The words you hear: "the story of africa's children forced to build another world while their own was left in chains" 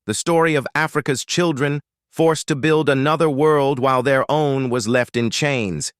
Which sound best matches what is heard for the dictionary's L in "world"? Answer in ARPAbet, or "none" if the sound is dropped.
L